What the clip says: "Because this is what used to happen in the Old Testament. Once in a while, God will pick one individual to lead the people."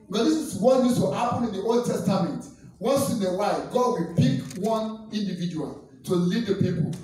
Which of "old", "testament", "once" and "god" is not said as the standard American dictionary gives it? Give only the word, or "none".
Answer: once